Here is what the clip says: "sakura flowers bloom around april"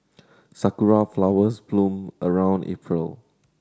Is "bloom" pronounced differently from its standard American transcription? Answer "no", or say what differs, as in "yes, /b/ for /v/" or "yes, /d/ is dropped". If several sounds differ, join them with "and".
no